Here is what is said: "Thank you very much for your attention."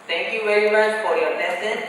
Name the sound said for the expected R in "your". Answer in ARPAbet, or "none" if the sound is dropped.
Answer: L